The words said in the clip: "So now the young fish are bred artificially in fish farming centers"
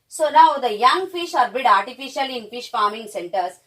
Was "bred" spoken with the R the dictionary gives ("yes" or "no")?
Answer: no